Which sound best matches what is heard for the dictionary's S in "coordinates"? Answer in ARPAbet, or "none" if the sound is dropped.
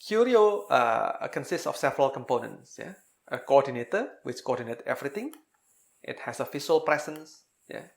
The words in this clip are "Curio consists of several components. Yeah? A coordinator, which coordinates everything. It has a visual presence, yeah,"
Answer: none